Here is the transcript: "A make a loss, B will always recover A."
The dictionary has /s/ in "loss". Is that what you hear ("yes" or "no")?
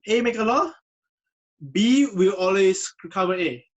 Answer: no